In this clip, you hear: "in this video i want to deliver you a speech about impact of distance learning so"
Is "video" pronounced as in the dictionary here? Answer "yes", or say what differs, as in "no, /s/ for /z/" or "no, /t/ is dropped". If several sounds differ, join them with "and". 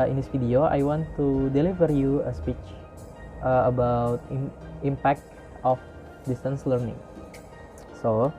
no, /f/ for /v/